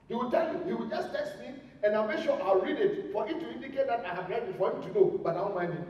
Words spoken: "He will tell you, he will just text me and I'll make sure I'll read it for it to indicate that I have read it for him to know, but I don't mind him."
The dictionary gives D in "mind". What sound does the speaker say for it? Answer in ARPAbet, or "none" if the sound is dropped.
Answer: none